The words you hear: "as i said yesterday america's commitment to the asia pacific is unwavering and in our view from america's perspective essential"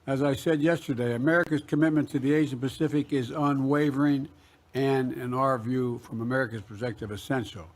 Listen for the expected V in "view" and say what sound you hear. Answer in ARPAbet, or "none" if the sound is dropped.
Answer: V